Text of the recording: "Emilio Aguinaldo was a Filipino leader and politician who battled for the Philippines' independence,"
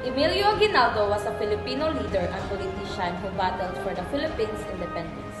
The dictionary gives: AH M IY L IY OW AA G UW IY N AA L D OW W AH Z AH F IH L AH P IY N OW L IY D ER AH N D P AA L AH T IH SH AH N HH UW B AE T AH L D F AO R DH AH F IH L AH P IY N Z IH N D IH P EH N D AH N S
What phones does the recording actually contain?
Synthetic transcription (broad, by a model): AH M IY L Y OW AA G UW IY N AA L D OW W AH S AH F IH L AH P IY N OW L IY D ER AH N P AA L AH T IH SH AH N HH UW B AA T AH L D F AO R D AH F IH L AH P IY N S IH N D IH P EH N D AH N S